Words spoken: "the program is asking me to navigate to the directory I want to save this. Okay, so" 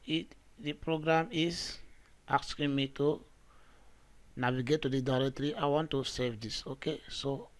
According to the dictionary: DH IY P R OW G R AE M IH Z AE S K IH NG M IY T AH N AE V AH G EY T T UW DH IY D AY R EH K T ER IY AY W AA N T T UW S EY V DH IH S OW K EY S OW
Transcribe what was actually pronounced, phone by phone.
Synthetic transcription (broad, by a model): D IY P R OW G R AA M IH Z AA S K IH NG M IY T AH N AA W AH G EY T T UW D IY D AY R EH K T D IY AY W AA N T T UW S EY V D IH S OW K EY S OW